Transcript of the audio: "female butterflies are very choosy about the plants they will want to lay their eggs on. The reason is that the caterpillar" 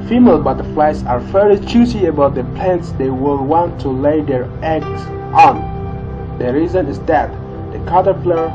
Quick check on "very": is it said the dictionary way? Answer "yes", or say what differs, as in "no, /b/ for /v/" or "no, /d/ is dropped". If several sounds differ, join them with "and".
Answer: no, /f/ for /v/ and /l/ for /ɹ/